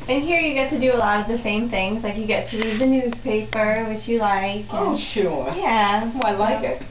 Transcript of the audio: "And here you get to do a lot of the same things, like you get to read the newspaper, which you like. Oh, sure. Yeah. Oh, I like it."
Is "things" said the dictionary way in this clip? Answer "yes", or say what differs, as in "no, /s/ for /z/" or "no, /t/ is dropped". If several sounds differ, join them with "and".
yes